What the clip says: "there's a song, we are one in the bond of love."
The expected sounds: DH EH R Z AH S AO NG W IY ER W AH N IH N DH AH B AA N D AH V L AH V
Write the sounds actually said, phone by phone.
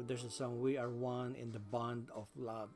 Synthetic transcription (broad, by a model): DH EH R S AH S AO NG W IY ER W AH N IH N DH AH B AA N D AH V L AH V